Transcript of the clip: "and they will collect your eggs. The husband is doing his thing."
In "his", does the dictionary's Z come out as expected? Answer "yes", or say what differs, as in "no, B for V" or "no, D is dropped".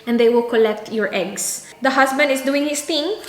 no, S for Z